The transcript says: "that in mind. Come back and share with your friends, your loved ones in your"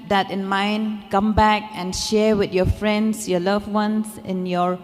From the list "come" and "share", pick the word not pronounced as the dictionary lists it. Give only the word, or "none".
none